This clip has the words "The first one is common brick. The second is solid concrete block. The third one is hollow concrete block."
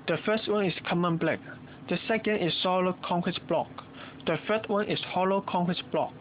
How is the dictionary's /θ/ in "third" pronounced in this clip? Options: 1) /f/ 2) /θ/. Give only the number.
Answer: 1